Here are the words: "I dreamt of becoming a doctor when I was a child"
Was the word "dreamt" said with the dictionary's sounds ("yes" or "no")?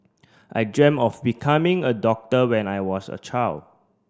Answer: no